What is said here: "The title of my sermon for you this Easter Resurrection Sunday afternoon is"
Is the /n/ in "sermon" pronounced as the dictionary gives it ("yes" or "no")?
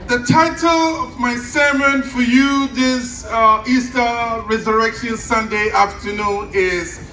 yes